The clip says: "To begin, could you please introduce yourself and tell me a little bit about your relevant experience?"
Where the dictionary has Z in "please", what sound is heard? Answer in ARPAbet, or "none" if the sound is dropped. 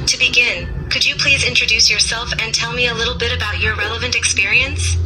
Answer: Z